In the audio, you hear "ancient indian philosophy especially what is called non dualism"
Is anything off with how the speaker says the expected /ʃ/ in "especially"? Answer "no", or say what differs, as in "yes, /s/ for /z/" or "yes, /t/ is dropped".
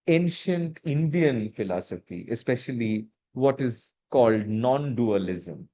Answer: no